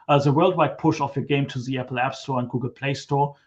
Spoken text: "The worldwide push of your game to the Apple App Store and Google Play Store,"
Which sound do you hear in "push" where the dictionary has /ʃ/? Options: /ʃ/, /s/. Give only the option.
/ʃ/